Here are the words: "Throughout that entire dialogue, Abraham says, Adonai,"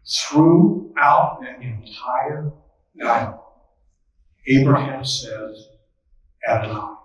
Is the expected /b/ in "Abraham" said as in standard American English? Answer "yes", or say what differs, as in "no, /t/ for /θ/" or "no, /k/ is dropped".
yes